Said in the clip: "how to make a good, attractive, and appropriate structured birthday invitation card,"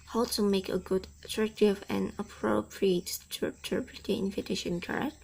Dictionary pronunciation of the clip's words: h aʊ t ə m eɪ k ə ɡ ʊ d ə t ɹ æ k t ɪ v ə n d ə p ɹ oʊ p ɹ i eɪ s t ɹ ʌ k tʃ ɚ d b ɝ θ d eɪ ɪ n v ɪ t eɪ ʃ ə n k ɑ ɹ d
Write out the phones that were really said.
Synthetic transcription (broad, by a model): h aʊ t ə m eɪ k ə ɡ ʊ d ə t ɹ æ k t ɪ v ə n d ə p ɹ oʊ p ɹ i eɪ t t ʌ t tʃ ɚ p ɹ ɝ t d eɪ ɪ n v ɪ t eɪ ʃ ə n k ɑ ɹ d